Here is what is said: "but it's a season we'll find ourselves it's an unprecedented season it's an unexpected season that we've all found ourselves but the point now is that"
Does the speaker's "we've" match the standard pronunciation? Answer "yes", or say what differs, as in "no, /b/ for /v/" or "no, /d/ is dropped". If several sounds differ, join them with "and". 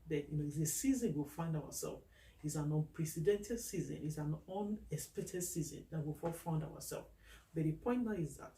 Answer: no, /f/ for /v/